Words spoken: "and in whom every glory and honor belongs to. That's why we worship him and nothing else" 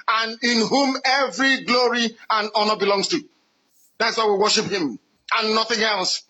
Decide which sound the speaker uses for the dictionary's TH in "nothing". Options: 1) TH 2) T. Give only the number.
1